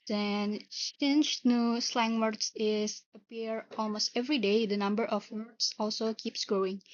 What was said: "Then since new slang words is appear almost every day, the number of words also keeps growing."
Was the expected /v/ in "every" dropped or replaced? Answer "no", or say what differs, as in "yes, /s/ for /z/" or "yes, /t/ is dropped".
no